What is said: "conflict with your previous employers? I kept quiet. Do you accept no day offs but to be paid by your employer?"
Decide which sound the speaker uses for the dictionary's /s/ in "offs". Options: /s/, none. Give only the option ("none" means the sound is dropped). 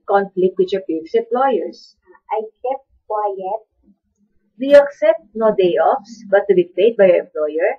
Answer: /s/